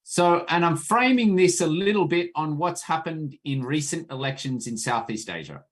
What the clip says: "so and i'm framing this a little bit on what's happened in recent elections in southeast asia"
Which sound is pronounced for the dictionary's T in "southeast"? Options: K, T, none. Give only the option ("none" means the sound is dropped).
T